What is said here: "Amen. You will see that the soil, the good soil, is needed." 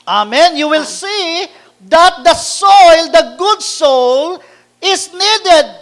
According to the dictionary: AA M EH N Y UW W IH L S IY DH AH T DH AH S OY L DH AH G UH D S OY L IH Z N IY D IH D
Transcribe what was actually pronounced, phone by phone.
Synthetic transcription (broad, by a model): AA M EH N Y UW W IH L S IY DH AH T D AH S OY L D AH G UH D S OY L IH S N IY D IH D